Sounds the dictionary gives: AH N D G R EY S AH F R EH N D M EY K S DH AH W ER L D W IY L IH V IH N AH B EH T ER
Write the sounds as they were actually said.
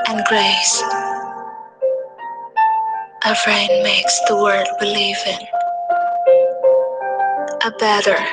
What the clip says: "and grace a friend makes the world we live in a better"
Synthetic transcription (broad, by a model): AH N G R EY S AH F R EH N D M EY K S DH AH W ER D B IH L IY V IH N AH B EH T ER